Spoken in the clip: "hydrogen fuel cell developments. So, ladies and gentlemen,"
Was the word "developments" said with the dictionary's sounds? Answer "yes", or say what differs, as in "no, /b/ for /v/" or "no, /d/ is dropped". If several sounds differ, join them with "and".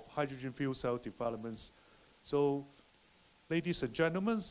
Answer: no, /p/ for /v/